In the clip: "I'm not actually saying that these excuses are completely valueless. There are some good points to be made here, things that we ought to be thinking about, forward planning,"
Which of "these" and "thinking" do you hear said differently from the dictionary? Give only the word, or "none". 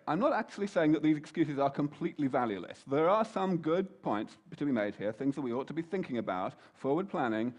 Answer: none